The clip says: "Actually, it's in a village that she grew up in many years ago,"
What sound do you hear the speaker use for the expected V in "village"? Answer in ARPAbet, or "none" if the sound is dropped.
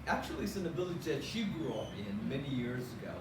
B